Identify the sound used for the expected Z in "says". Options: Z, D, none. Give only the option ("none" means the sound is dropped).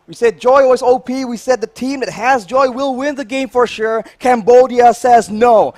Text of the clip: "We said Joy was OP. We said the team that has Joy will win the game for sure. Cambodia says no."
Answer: Z